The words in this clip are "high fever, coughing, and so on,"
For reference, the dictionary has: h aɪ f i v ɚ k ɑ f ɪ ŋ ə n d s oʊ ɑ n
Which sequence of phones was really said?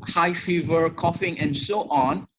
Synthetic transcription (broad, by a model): h aɪ f i v ɚ k ɑ f ɪ ŋ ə n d s oʊ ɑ n